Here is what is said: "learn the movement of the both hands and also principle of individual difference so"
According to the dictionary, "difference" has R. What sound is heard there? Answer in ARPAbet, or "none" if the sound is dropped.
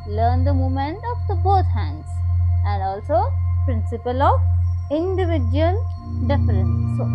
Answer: none